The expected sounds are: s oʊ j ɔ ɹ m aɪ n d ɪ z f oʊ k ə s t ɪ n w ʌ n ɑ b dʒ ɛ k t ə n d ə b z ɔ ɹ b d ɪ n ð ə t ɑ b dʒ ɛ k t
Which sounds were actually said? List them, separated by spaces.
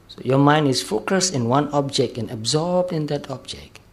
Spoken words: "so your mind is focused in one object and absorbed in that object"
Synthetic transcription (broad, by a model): s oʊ j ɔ m aɪ n d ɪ s f oʊ k ə s t ɪ n w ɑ n ɑ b dʒ ɛ k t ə n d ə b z ɔ b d ɪ n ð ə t ɑ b dʒ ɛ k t